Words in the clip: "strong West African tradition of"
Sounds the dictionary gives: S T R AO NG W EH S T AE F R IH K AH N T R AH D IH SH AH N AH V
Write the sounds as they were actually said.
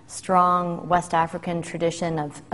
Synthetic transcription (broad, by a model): S T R AO NG W EH S T AE F R IH K AH N T R AH D IH SH AH N AH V